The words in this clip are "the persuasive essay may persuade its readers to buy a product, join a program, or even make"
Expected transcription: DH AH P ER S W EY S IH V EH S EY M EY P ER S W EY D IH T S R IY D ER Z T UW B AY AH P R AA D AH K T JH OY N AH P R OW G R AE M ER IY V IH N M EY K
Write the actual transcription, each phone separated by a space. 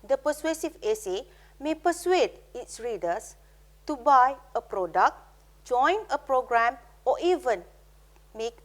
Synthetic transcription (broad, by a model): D AH P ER S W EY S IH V EH S EY M EY P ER S W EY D IH T S R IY D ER S T UW B AY AH P R AA D AH K T JH OY N AH P R OW G R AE M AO IY V IH N M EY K